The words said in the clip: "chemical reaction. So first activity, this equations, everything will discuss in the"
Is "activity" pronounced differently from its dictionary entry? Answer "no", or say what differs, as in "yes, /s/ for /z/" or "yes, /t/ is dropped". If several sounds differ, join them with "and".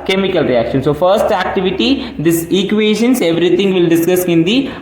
no